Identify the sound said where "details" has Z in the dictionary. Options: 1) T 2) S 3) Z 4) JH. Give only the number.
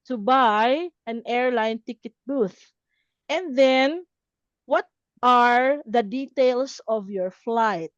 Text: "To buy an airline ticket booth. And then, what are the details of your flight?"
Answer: 2